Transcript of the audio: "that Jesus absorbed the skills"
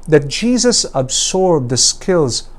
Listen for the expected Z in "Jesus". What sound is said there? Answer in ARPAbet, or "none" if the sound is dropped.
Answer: Z